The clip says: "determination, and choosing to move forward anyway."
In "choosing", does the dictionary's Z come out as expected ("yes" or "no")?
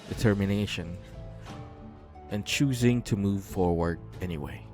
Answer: yes